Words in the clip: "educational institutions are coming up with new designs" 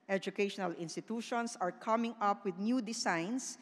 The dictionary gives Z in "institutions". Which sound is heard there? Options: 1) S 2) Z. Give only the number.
1